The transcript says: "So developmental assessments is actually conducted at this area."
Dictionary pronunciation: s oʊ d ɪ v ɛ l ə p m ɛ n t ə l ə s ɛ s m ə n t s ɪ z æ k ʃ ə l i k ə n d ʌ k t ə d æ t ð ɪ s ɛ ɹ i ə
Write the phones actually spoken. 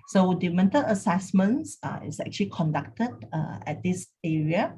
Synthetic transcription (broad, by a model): s oʊ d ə m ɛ n t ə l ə s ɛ s m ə n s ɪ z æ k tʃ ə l i k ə n d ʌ k t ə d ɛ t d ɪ s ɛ ɹ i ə